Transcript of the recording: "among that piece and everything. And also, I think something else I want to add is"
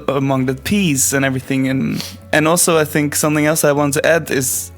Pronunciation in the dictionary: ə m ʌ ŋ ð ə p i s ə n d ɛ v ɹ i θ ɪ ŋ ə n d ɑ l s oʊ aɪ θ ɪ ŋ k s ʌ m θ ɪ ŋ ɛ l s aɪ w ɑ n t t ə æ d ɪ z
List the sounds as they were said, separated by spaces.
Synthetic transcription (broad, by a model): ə m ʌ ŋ ð ə p i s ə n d ɛ v ɹ i θ ɪ ŋ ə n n ɑ l s oʊ aɪ θ ɪ ŋ k s ʌ m θ ɪ ŋ ɛ l s aɪ w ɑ n t t æ d ɪ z